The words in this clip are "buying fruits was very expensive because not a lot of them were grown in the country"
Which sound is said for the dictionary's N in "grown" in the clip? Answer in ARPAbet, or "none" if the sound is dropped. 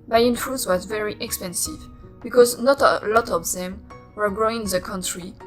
none